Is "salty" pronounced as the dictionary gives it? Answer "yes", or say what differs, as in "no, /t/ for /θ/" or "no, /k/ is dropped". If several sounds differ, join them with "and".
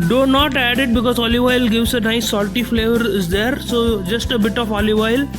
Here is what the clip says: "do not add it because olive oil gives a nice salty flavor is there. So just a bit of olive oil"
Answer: yes